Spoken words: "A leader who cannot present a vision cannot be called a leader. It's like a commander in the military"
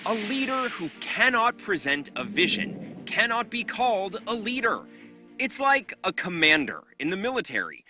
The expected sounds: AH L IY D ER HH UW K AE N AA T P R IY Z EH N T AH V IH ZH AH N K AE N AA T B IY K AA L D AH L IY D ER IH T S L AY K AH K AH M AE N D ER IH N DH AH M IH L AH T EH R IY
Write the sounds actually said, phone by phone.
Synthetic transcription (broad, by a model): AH L IY D ER HH UW K AE N AA T P R IY Z EH N T AH V IH ZH AH N K AE N AA T B IY K AA L D AH L IY D ER IH T S L AY K AH K AH M AE N D ER IH N DH AH M IH L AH T EH R IY